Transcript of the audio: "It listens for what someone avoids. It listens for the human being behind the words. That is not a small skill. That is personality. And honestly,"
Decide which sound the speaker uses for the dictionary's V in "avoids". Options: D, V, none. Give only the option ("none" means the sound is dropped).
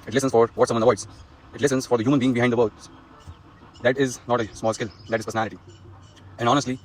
none